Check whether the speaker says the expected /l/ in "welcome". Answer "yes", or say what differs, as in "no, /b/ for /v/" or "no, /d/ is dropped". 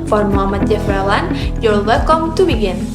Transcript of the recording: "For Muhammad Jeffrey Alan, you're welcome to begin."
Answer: no, /l/ is dropped